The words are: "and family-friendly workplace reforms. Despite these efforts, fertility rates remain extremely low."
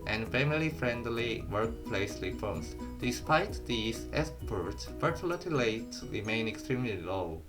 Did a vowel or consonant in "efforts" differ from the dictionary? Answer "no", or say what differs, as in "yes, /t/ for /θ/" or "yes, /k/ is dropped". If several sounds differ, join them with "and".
yes, /p/ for /f/